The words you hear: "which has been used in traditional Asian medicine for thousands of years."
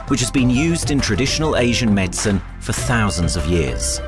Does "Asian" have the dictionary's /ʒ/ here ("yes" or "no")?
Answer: yes